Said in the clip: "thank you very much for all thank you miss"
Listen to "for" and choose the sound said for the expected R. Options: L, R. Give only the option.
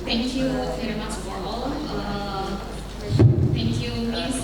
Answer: L